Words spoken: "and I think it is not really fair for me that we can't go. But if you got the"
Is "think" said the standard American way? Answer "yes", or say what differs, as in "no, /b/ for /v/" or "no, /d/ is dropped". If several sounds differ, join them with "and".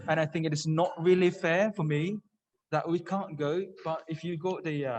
yes